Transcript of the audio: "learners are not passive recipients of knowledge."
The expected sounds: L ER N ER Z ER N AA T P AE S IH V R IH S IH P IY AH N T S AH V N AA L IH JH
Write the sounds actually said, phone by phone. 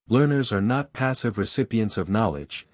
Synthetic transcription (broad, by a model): L ER N ER Z ER N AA T P AE S IH V R IH S IH P IY AH N T S AH V N AA L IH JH